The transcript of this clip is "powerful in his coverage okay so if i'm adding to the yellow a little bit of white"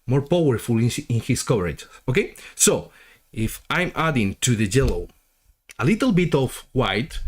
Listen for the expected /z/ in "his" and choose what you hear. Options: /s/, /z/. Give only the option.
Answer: /s/